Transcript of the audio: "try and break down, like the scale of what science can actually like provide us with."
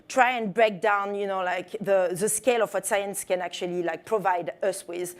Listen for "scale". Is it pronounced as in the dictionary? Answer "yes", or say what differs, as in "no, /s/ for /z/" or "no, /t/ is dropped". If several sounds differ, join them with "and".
yes